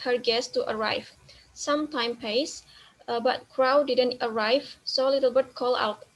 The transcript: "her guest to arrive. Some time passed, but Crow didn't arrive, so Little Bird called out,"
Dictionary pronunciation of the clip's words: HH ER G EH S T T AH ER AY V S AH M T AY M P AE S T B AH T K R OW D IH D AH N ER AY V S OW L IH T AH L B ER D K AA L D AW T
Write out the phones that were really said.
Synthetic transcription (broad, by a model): HH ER G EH S T T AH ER AY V S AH M T AY M P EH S B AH T K R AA D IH D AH N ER AY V S OW L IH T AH L B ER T K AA L AW T